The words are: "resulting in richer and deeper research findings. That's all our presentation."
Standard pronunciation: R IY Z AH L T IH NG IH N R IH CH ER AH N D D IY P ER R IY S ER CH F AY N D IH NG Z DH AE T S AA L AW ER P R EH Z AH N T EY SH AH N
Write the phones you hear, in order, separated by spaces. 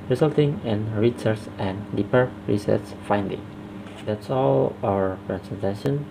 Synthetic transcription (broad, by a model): R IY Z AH L T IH NG IH N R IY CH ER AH N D D IY P ER R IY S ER S F AY N D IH NG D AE T S AA L AW ER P R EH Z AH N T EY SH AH N